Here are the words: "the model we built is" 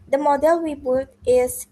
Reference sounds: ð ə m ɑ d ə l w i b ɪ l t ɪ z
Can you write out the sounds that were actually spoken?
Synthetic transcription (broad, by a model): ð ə m ɑ d ə l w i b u t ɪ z